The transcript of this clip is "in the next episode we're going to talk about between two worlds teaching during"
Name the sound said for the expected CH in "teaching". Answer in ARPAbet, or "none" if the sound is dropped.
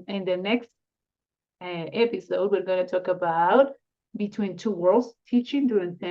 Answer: CH